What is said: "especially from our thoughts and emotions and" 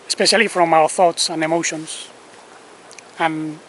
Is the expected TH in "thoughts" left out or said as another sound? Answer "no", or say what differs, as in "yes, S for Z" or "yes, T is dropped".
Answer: no